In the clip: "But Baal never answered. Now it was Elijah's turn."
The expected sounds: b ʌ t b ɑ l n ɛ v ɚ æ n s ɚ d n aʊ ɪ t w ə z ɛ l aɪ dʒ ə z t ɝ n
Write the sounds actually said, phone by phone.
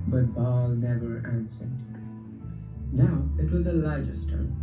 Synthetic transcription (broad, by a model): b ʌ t b ɑ l n ɛ v ɚ æ n s ɚ d n aʊ ɪ t w ə z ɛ l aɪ dʒ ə s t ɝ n